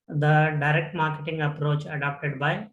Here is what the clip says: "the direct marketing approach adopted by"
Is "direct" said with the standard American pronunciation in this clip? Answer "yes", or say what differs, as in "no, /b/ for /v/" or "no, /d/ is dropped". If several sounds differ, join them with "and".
yes